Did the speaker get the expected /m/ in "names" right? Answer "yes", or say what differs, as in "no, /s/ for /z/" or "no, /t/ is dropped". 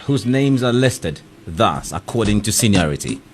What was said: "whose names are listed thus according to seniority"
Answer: yes